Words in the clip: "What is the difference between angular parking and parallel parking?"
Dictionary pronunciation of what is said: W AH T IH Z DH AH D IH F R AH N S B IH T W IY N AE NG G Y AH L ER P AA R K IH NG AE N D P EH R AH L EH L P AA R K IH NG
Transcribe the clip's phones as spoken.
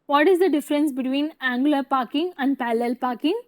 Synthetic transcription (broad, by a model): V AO T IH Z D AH D IH F R AH N S B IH T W IY N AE NG G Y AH L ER P AA R K IH NG AE N D P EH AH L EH L P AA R K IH NG